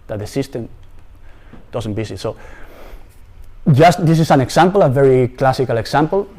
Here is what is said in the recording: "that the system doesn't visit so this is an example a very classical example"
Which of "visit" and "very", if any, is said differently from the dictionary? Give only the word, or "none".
visit